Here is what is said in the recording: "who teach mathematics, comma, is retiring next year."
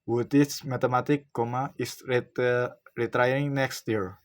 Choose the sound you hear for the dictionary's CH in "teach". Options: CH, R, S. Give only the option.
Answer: S